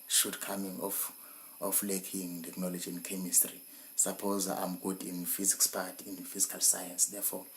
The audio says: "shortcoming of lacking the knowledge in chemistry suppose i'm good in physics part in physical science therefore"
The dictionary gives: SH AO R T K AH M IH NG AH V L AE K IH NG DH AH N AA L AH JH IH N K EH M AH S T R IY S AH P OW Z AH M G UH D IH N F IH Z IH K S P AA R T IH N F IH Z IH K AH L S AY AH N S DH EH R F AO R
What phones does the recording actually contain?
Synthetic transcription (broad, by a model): SH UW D K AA M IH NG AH F L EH K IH NG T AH N AA L AH JH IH N K EH M AH S T R IY S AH P OW Z AH M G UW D IH N F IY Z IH K S P AA T IH N F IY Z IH K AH L S AY AH N S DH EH F AO